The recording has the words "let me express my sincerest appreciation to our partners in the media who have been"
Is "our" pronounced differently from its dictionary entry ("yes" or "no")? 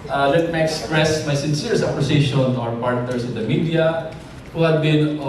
no